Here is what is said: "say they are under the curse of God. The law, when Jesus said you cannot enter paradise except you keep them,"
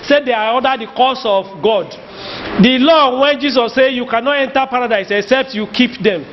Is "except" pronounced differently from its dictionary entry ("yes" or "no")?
no